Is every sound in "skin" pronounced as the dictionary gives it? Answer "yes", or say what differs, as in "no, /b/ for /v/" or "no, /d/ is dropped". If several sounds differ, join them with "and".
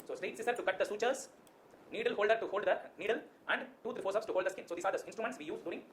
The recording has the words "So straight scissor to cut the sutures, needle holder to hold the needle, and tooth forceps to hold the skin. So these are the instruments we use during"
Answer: yes